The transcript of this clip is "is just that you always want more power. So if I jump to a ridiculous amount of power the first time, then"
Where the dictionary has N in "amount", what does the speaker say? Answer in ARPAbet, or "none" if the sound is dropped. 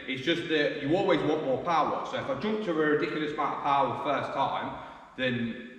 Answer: none